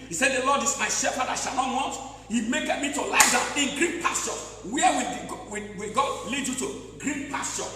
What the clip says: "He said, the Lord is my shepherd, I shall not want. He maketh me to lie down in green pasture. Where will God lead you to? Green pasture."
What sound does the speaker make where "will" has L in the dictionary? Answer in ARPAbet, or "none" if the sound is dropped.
W